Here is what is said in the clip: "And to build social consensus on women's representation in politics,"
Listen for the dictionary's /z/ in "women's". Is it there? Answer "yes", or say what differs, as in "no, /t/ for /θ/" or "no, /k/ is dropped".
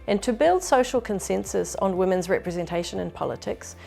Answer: yes